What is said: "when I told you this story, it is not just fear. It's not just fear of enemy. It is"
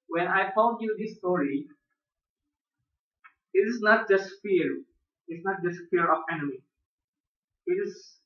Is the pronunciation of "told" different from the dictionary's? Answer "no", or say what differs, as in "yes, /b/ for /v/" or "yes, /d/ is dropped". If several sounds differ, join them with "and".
yes, /n/ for /l/